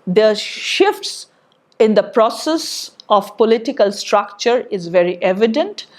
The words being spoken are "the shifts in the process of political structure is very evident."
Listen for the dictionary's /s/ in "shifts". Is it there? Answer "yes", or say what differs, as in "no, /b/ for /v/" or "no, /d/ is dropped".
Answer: yes